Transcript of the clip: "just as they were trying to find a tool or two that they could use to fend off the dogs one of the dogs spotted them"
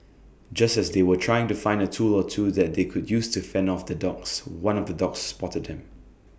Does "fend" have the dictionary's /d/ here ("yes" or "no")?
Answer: no